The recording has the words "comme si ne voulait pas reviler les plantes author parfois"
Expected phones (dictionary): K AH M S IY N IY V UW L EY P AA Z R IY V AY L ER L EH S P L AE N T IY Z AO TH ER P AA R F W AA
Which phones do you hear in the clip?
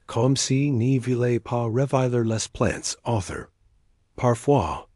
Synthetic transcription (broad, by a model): K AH M S IY N IY V UW L EY P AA R IY V AY L ER L EH S P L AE N T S AO TH ER P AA R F W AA